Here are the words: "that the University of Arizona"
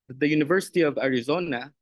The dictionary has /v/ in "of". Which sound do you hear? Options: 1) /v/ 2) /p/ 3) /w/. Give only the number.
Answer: 1